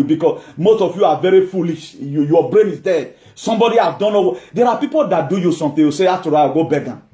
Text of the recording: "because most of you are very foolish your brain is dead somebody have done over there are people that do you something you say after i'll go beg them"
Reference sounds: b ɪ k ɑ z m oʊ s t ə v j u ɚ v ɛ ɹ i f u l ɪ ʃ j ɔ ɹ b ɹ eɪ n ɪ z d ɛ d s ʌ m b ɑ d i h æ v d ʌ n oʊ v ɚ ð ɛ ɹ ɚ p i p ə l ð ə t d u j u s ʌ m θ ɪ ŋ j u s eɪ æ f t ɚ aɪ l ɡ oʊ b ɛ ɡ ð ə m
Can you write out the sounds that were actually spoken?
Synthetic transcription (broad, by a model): b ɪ k ɑ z m oʊ s t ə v j u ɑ v ɛ ɹ i f u l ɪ ʃ j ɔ b ɹ eɪ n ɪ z d ɛ d s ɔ m b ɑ d i h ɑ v d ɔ n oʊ ɚ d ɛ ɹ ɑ p i p ə l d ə t d u j u s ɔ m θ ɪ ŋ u s eɪ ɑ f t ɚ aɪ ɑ ɡ oʊ b ɛ ɡ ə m